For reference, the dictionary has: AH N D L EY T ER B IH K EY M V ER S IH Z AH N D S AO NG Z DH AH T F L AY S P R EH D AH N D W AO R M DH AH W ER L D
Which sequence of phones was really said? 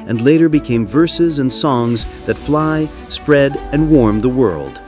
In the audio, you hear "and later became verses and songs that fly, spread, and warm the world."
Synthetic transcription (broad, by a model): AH N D L EY T ER B IH K EY M V ER S IH Z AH N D S AO NG Z DH AH T F L AY S P R EH D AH N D W AO R M DH AH W ER L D